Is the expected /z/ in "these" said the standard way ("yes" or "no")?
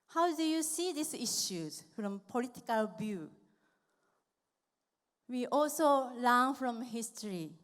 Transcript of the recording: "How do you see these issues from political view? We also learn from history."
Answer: no